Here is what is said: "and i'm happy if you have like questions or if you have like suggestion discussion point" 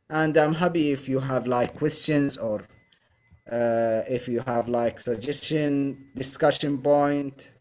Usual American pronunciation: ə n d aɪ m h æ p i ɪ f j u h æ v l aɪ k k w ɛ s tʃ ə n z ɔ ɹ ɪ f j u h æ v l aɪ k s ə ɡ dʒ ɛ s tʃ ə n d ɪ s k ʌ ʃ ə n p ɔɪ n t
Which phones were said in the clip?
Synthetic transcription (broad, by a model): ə n d aɪ m h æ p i ɪ f j u h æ v l aɪ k k w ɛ s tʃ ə n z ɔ ɹ ɪ f j u h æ v l aɪ k s ə ɡ dʒ ɛ s tʃ ə n d ɪ s k ʌ ʃ ə n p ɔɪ n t